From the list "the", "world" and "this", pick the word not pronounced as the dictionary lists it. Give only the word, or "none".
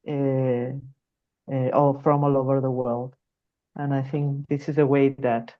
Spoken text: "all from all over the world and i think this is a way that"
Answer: none